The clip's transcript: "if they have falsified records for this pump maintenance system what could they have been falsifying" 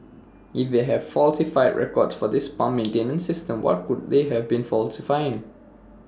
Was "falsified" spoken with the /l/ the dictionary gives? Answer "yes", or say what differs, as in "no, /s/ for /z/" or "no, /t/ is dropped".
yes